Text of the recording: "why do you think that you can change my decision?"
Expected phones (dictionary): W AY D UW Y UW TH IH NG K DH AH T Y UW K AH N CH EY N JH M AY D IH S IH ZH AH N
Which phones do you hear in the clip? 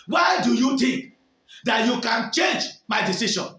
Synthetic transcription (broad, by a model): W AY D UW Y UW T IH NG K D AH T Y UW K AH N CH EY N JH M AY D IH S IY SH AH N